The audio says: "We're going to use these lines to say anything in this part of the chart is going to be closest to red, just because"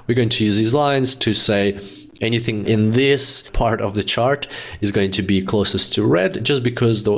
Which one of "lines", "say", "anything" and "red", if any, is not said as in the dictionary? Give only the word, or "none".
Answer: none